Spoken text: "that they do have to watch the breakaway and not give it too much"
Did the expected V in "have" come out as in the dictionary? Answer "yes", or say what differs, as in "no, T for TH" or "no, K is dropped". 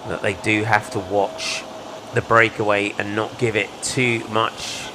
no, F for V